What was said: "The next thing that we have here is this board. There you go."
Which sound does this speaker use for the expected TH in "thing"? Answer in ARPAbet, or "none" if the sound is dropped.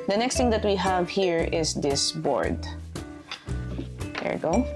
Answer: T